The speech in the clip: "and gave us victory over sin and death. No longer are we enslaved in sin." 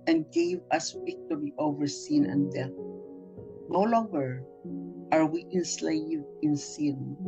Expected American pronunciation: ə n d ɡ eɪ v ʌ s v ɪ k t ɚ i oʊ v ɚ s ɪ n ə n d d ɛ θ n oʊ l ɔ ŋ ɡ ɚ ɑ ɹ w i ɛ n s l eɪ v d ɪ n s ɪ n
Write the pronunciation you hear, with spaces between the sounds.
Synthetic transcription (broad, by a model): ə n ɡ eɪ v ʌ s w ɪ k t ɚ i oʊ v ɚ s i n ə n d d ɛ θ n oʊ l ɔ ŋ ɡ ɚ ɑ ɹ w i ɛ n s l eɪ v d ɪ n s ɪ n